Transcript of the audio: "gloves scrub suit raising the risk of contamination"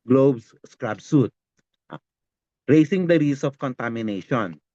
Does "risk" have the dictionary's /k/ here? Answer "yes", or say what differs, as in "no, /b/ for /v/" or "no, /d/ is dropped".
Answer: no, /k/ is dropped